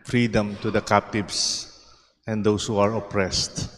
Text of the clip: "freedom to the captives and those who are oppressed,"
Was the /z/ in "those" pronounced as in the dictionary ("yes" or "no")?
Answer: no